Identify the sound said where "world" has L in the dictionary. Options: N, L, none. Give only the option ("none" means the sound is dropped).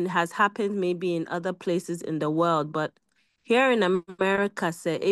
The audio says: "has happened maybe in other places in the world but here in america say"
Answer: L